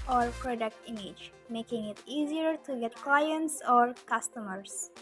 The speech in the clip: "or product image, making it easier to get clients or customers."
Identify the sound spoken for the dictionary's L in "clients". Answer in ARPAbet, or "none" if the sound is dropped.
L